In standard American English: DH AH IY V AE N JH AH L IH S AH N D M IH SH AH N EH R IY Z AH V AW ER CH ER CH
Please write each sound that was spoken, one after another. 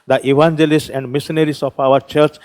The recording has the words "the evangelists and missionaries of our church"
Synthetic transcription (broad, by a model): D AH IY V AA N JH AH L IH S AH N D M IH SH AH N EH R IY S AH P AW ER CH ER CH